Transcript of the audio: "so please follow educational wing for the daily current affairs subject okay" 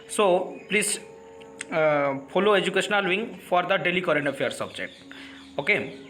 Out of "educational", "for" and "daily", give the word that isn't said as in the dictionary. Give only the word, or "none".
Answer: none